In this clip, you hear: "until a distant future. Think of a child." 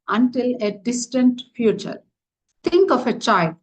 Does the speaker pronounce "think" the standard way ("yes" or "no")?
no